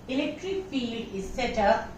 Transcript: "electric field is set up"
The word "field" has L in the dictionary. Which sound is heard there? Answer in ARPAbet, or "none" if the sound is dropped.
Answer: L